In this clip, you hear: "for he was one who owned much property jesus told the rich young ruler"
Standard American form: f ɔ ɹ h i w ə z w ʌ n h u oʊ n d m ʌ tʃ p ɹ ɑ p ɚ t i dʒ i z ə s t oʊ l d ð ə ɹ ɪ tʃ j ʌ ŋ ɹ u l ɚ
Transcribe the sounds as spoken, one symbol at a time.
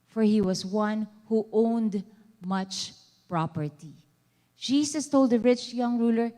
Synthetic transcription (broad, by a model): f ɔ ɹ h i w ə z w ʌ n h u oʊ n d m ʌ tʃ p ɹ ɑ p ɚ t i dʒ i s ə s t oʊ l d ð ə ɹ ɪ tʃ j ʌ ŋ ɹ u l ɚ